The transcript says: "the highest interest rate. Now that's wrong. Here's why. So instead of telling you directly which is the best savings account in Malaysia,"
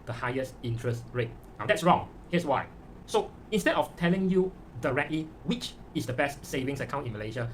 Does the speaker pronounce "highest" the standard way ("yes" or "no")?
yes